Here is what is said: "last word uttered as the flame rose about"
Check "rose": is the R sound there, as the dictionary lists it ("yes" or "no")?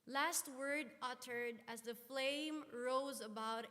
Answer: yes